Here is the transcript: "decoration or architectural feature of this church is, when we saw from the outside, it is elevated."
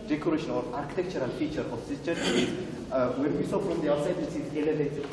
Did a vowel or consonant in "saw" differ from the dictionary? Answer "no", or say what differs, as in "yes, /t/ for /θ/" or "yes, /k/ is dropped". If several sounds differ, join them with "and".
no